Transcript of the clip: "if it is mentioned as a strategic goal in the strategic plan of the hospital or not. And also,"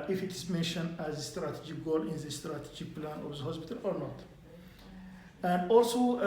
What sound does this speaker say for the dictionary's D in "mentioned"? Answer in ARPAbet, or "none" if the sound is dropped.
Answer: D